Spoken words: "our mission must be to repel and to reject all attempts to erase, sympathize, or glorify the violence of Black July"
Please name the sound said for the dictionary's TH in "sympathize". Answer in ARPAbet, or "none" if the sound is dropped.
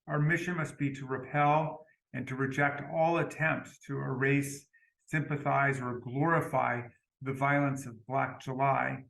TH